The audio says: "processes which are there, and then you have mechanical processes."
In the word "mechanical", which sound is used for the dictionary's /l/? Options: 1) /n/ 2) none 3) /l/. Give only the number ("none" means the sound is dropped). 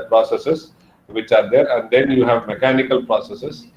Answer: 3